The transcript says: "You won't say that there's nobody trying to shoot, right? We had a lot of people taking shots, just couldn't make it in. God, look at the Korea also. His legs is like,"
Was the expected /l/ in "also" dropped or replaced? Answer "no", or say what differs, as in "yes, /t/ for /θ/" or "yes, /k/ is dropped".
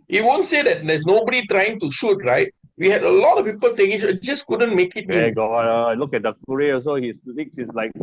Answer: yes, /l/ is dropped